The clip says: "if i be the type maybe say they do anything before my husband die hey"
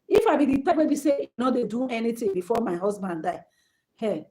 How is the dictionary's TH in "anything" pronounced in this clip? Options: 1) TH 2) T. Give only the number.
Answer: 2